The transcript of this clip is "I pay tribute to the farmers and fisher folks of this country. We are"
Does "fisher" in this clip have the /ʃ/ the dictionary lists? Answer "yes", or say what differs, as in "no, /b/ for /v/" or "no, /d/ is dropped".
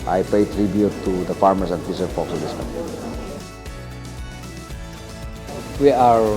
no, /s/ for /ʃ/